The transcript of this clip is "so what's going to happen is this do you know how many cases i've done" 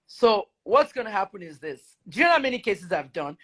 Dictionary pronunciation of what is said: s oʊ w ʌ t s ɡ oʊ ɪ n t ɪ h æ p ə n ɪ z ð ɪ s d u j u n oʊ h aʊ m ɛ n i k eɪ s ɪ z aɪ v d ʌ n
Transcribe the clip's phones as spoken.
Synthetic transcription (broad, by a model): s oʊ w ʌ t s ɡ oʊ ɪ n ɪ h æ p ə n ɪ z ð ɪ s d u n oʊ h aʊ m ɛ n i k eɪ s ɪ z aɪ v d ʌ n